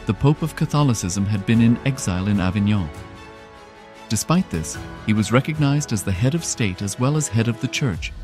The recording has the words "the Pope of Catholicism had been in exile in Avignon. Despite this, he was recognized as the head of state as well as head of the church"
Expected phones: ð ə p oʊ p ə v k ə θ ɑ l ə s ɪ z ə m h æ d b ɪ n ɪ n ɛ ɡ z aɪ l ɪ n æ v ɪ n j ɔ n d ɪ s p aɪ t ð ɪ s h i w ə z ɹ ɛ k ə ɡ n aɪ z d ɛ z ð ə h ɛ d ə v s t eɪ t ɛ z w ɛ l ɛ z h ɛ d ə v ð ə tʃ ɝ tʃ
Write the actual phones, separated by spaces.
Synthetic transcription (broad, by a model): ð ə p oʊ p ə v k ə θ ɑ l ə s ɪ z ə m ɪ d b ɪ n ɪ n ɛ ɡ z aɪ l ɪ n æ v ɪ n j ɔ d ɪ s p aɪ t ð ɪ s h i w ə z ɹ ɛ k ə ɡ n aɪ z d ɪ z ð ə h ɛ d ə v s t eɪ t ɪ z w ɛ l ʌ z h ɛ d ə v ð ə tʃ ɝ tʃ